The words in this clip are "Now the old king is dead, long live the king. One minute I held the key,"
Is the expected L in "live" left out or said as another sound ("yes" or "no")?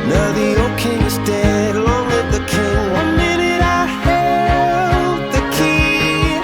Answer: yes